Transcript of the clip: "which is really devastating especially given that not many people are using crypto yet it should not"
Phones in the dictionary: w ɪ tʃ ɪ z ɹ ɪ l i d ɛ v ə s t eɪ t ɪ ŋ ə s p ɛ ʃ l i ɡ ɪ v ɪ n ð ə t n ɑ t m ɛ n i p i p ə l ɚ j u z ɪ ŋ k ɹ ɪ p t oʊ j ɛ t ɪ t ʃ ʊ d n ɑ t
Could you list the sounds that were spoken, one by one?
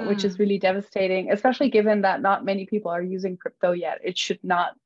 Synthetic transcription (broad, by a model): w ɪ tʃ ɪ z ɹ ɪ l i d ɛ v ə s t eɪ t ɪ ŋ ə s p ɛ ʃ l i ɡ ɪ v ɪ n ð ə t n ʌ t m ɛ n i p i p l ɚ j u z ɪ ŋ k ɹ ɪ p t oʊ j ɛ t ɪ t ʃ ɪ d n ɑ t